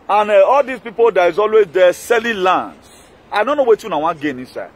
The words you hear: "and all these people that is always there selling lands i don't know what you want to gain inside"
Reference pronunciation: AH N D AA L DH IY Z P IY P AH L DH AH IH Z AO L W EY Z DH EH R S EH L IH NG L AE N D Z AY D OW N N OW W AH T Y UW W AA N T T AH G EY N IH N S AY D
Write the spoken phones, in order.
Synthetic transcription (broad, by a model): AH N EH AA L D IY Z P IY P AH L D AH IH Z AO L W EY Z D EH S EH L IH L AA N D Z AY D OW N N OW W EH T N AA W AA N G EY N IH N S AY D